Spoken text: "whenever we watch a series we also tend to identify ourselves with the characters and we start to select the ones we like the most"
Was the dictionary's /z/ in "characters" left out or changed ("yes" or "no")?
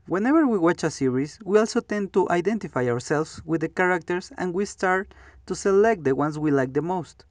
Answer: yes